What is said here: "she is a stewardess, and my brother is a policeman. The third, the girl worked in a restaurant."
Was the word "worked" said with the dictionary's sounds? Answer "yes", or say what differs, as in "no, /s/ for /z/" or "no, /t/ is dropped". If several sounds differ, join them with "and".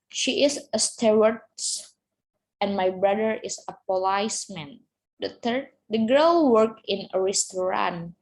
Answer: no, /t/ is dropped